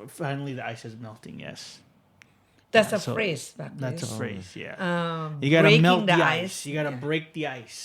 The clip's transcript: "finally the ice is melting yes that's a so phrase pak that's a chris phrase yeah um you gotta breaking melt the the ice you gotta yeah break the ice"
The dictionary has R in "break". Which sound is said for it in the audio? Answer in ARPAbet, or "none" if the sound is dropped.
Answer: R